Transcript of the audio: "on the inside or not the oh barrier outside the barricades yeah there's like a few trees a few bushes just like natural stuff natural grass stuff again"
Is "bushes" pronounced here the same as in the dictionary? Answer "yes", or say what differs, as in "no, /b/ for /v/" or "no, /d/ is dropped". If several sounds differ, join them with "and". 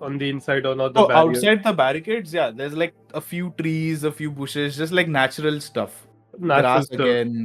yes